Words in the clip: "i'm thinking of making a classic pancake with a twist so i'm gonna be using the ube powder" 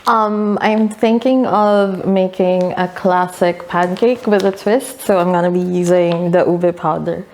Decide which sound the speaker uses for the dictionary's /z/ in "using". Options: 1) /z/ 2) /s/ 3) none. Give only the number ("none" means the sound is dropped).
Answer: 1